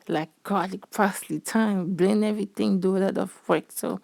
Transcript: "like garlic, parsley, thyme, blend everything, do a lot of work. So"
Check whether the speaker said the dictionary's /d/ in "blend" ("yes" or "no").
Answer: no